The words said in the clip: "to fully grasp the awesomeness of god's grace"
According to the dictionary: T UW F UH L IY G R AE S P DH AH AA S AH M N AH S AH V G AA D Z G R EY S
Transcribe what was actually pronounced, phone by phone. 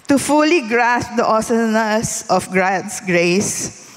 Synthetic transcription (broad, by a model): T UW F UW L IY G R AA S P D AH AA S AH N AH S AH F G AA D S G R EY S